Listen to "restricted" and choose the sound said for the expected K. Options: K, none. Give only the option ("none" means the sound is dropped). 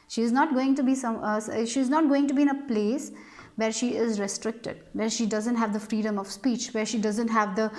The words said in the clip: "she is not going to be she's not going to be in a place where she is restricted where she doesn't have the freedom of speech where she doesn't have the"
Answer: K